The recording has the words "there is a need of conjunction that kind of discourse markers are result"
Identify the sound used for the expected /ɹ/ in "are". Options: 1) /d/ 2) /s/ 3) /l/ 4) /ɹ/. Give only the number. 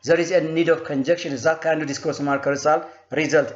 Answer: 3